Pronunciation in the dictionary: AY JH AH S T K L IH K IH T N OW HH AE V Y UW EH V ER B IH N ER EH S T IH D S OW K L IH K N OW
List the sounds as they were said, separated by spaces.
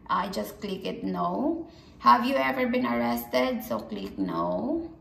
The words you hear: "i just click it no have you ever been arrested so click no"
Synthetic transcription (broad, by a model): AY JH AH S T K L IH K IH T N OW HH AE V Y UW EH V ER B IH N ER EH S T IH D S OW K L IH K N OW